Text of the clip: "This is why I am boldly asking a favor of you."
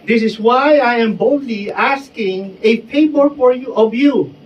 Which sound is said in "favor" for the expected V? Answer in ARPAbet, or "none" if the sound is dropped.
B